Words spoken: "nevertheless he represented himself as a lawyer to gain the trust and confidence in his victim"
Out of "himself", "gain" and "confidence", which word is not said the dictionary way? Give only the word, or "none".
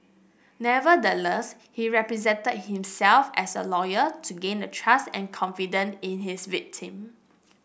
confidence